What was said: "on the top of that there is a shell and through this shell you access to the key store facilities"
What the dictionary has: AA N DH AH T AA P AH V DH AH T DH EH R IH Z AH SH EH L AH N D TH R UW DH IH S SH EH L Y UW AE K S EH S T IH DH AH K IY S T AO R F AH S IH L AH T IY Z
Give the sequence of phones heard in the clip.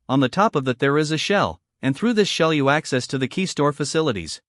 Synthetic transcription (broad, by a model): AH N DH AH T AA P AH V DH AH T DH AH R IH Z AH SH EH L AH N TH R UW DH IH S SH EH L Y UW AE K S EH S T IH DH AH K IY S T AO R F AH S IH L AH T IY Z